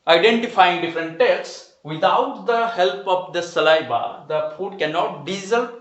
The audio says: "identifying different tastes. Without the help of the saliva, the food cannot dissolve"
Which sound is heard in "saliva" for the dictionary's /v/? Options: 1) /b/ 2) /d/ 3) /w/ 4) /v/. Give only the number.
1